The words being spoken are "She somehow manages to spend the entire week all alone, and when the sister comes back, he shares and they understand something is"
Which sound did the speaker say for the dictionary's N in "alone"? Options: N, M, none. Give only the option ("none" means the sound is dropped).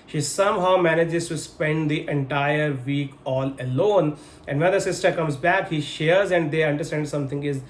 N